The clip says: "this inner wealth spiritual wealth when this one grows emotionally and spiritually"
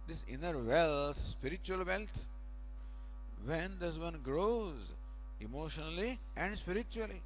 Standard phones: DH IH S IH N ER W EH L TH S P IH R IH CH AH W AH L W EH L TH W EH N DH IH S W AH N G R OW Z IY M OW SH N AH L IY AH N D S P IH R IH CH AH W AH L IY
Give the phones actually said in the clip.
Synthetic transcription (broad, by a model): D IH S IH N ER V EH L T S P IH R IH CH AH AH L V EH L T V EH N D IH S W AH N G R OW Z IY M OW SH N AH L IY AH N D S P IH R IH CH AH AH L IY